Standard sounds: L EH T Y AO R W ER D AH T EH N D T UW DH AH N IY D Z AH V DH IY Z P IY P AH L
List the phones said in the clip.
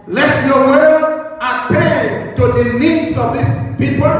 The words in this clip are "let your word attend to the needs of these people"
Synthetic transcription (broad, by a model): L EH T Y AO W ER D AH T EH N T UW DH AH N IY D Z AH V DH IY S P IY P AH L